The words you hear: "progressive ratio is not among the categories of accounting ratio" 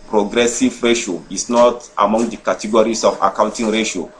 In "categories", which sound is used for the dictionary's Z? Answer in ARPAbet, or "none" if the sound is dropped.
S